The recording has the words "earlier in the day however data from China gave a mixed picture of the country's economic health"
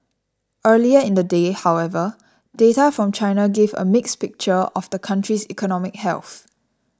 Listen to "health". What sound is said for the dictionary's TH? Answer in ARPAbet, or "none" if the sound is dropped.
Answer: TH